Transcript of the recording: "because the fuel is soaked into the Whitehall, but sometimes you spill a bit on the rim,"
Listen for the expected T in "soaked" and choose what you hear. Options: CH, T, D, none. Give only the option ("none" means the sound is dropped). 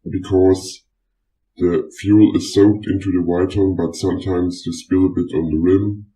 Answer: T